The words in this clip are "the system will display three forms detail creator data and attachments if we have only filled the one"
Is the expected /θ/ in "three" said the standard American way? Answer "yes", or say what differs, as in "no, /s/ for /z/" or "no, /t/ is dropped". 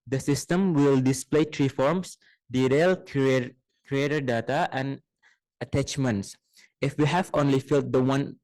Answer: no, /t/ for /θ/